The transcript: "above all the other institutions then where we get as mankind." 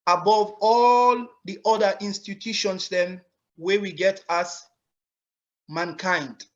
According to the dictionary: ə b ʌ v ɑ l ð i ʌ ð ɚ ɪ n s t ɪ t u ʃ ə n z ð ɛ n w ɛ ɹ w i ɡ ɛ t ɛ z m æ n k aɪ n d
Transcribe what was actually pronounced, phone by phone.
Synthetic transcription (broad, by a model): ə b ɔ v ɑ l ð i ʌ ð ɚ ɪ n s t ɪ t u ʃ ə n s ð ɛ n w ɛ w i ɡ ɛ t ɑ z m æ n k aɪ n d